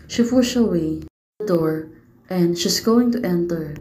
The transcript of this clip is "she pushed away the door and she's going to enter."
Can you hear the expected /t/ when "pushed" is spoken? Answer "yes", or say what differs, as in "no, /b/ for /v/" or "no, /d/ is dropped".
no, /t/ is dropped